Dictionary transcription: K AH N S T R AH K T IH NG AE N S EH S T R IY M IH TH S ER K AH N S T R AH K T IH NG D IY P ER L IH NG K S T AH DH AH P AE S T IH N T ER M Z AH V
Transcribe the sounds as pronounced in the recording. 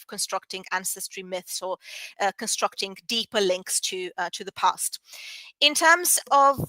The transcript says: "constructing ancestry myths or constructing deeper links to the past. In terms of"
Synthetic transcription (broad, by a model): K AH N S T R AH K T IH NG AE N S EH S T R IY M IH TH S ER K AH N S T R AH K T IH NG D IY P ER L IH NG K S T AH DH AH P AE S T IH N T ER M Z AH V